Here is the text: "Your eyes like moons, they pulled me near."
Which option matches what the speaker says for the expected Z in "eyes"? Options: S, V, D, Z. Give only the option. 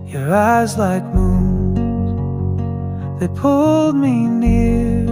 Z